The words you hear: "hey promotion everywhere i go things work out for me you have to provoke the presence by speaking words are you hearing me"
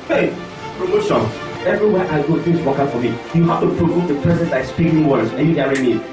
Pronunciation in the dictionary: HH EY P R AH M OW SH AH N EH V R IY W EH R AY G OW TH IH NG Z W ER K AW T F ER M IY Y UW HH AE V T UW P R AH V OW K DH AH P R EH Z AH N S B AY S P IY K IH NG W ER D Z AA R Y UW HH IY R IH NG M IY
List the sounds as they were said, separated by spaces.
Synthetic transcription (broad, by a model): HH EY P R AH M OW S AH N EH V R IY W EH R AY G OW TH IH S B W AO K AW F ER M IY Y UW HH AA F T UW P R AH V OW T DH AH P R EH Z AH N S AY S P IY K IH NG W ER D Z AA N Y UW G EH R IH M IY